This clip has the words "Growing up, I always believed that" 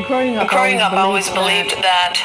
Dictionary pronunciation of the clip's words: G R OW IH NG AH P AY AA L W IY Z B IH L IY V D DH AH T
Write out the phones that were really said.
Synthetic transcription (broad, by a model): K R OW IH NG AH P AA L W IY Z B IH L IY V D DH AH T